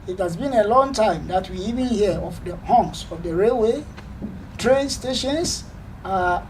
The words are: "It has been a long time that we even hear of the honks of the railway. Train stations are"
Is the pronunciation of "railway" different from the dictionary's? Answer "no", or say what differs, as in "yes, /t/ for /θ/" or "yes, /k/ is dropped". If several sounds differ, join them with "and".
no